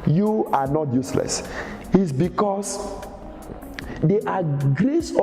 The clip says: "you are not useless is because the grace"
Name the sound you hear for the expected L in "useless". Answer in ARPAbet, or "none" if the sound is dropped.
L